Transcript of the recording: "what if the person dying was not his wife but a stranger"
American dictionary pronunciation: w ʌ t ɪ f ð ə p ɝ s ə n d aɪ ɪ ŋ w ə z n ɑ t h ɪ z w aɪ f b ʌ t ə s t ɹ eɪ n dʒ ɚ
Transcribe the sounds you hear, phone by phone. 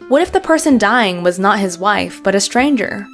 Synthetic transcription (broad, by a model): w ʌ t ɪ f ð ə p ɝ s ə n d aɪ ɪ ŋ w ə z n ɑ t h ɪ z w aɪ f b ʌ t ə s t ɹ eɪ n dʒ ɚ